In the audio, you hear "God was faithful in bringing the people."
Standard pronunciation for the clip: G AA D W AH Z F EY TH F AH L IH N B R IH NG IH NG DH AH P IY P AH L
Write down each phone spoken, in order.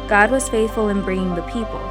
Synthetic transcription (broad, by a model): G AA D W AH Z F EY TH F AH L IH N B R IH NG IH NG DH AH P IY P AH L